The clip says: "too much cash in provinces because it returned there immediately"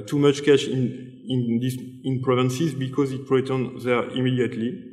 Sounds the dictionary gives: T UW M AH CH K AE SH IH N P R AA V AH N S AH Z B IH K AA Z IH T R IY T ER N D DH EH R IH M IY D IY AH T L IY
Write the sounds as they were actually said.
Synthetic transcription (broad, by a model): T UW M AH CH K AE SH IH N P R AA V AH N S AH Z B IH K AA Z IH T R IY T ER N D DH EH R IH M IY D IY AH T L IY